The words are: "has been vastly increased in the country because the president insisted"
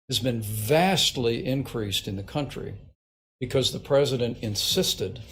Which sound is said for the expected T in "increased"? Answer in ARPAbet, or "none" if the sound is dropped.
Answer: T